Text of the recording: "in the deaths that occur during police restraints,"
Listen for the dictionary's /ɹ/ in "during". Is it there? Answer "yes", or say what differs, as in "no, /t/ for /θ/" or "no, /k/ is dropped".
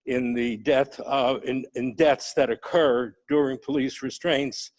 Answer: yes